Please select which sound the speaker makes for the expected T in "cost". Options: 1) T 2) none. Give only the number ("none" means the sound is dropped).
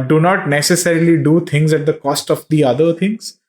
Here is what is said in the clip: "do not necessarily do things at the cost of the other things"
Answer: 1